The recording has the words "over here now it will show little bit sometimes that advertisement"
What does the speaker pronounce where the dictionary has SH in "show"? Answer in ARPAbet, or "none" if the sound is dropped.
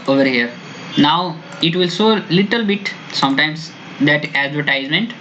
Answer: S